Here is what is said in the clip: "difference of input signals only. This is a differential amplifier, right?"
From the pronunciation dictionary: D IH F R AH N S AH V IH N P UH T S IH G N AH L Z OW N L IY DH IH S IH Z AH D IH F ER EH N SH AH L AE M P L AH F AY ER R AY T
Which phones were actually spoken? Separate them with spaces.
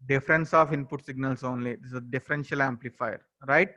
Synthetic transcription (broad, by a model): D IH F R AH N S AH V IH N P UH T S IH G N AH L S OW N L IY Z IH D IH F AH D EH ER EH N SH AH L AE M P L AH F AY ER R AY T